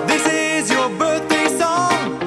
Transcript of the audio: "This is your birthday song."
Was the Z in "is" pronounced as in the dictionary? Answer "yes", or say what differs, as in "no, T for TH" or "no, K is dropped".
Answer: yes